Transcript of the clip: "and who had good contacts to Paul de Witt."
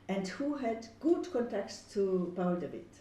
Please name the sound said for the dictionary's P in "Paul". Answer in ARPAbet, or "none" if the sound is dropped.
B